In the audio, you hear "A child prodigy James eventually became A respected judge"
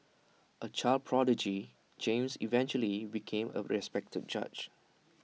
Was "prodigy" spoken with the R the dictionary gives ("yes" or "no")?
yes